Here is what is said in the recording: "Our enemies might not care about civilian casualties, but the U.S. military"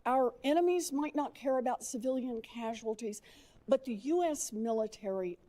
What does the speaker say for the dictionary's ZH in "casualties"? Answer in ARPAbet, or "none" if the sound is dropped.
ZH